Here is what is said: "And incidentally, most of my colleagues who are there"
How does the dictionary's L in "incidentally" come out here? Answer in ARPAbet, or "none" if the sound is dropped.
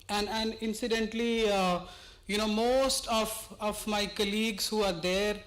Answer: N